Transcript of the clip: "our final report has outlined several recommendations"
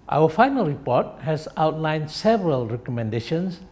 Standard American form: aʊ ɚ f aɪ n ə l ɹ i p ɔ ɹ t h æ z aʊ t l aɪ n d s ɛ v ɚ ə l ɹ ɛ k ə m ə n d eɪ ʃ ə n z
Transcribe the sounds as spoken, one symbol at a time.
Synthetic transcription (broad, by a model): aʊ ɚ f aɪ n ə l ɹ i p ɔ t h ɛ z aʊ t l aɪ n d s ɛ v ɚ ə l ɹ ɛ k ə m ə n d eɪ ʃ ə n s